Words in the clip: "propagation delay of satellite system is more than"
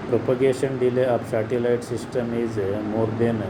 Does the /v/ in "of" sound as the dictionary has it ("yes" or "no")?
no